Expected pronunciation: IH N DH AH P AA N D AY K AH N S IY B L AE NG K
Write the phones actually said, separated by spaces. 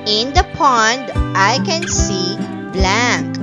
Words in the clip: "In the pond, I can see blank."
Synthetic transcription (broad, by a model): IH N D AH P AA N D AY K AH N S IY B L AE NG K